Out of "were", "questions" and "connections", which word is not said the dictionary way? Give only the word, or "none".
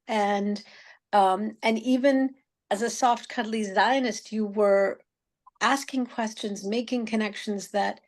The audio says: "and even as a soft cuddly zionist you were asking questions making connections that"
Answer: none